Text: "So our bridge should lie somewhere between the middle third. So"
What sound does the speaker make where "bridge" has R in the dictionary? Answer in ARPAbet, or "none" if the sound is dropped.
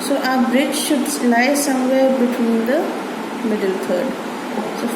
R